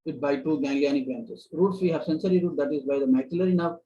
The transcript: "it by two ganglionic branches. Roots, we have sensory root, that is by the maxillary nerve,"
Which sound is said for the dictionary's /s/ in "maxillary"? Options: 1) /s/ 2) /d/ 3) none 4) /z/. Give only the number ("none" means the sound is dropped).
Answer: 3